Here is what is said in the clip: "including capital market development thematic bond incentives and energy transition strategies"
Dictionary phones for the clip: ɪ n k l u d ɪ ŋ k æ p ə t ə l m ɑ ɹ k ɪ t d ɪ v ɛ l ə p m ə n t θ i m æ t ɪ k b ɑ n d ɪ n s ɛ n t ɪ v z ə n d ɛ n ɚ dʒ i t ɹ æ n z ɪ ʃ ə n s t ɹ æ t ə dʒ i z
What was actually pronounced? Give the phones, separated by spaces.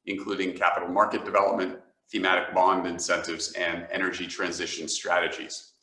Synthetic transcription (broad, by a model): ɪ n k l u d ɪ ŋ k æ p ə t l m ɑ ɹ k ɪ t d ɪ v ɛ l ə p m ə n t θ i m æ t ɪ k b ɑ n d ɪ n s ɛ n t ɪ v z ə n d ɛ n ɚ dʒ i t ɹ æ n z ɪ ʃ ə n s t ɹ æ t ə dʒ i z